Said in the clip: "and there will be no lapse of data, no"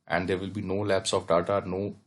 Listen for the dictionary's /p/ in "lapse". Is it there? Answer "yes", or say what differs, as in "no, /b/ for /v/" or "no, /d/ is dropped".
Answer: yes